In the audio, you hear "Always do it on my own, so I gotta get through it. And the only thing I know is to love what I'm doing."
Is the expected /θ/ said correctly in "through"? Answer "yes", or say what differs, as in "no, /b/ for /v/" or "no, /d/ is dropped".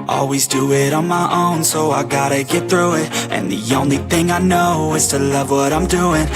yes